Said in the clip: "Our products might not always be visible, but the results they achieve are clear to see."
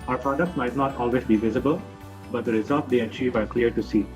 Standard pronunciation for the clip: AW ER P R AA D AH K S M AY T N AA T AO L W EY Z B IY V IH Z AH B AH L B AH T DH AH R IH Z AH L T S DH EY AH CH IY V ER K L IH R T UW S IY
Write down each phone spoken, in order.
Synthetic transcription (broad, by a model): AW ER P R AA D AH K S M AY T N AA T AO L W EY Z B IY V IH Z AH B AH L B AH T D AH R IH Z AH L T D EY AH CH IY V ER K L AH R T UW S IY